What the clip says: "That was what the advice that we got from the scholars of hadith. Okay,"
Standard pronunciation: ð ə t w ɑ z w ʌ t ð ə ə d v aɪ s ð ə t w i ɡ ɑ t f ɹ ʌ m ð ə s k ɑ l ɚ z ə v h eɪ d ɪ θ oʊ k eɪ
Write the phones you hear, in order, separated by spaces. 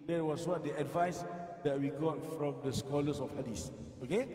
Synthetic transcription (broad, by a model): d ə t w ɑ s w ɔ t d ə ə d v aɪ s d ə t w i ɡ ɑ t f ɹ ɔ m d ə s k ɑ l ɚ s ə f h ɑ d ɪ s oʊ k eɪ